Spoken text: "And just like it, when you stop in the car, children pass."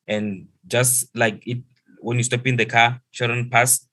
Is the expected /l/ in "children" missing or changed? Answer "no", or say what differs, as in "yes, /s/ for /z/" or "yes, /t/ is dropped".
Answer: yes, /l/ is dropped